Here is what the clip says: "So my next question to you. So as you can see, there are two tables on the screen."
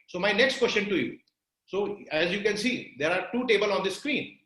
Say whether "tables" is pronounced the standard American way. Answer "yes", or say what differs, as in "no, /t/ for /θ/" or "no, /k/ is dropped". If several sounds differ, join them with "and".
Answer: no, /z/ is dropped